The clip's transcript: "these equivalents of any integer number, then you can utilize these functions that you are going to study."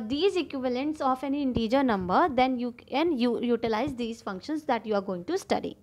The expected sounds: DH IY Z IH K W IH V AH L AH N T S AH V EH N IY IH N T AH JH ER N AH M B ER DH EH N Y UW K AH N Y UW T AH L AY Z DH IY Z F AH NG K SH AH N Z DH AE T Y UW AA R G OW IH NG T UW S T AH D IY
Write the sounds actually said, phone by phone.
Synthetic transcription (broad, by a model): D IY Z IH K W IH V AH L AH N T S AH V EH N IY IH N T AH JH ER N AH M B ER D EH N Y UW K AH N Y UW T AH L AY Z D IY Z F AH NG K SH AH N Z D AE T Y UW AA R G OW IH NG T UW S T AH D IY